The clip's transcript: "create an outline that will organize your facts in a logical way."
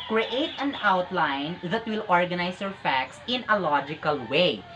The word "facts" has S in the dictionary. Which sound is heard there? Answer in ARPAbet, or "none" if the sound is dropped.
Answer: S